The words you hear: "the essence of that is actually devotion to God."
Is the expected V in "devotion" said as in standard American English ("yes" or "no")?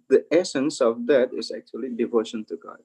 yes